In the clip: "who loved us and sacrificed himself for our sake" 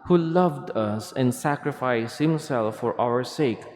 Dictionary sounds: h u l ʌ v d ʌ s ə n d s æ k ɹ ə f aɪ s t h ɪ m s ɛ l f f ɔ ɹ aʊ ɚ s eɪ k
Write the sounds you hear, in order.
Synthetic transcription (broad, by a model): h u l ʌ v d ʌ s ə n d s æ k ɹ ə f aɪ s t h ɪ m s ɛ l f f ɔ ɹ aʊ ɚ s eɪ k